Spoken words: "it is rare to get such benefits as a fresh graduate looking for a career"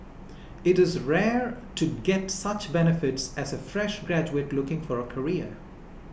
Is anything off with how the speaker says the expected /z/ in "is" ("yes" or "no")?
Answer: no